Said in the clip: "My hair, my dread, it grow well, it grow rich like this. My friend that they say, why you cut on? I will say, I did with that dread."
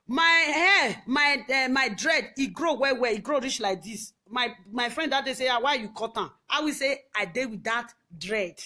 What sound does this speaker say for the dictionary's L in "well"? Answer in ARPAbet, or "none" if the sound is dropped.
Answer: W